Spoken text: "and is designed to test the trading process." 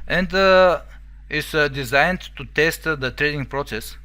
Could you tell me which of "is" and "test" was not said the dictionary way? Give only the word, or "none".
is